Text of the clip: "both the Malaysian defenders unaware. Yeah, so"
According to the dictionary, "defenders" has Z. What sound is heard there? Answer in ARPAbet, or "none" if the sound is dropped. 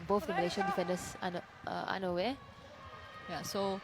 S